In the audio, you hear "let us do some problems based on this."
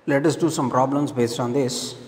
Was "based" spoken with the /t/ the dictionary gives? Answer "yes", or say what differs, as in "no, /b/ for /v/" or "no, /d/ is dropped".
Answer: yes